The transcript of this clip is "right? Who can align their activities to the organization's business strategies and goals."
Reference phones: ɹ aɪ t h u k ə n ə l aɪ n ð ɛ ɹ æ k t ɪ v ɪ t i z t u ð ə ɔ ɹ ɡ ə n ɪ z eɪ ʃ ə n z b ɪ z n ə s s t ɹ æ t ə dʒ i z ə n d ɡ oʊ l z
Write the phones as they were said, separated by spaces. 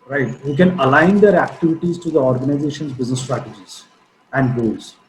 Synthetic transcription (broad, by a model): ɹ aɪ t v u k ə n ə l aɪ n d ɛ ɹ æ k t ɪ v ɪ t i z t u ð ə ɔ ɹ ɡ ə n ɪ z eɪ ʃ ə n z b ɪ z n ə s s t ɹ æ t ə dʒ i z ə n d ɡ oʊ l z